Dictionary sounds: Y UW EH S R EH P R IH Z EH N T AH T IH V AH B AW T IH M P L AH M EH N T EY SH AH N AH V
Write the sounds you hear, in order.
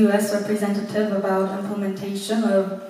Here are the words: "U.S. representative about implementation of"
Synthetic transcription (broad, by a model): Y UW EH S R EH P R IH Z EH N T AH T IH V AH B AW T IH M P L AH M EH N T EY SH AH N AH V